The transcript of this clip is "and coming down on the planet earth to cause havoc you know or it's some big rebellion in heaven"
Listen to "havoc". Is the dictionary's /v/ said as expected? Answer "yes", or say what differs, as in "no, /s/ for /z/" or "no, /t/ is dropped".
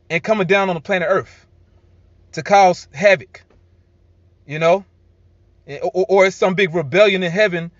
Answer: yes